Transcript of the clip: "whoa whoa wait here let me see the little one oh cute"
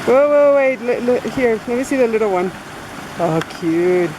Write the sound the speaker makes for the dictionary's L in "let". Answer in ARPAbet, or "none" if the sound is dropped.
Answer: N